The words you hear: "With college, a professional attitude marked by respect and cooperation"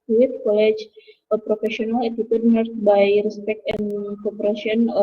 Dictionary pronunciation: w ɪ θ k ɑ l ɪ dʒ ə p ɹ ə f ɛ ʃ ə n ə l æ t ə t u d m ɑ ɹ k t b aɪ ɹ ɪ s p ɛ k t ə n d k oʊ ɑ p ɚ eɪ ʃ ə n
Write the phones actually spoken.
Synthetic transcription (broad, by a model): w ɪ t k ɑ l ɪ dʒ ə p ɹ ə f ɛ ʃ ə n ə l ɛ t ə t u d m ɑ ɹ t b aɪ ɹ ɪ s p ɛ k t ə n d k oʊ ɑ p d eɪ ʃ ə n